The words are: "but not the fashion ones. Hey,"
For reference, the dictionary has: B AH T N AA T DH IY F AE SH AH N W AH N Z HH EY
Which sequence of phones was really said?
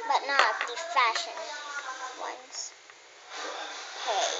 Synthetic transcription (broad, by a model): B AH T N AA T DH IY F AE SH AH N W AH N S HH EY